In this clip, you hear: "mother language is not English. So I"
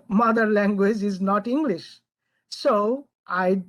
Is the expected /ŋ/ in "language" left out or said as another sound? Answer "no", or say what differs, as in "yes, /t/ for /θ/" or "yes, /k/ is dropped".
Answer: no